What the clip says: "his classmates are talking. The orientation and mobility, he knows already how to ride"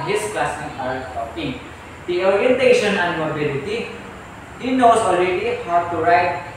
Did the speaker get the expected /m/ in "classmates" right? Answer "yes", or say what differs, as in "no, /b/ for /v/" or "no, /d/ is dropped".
no, /m/ is dropped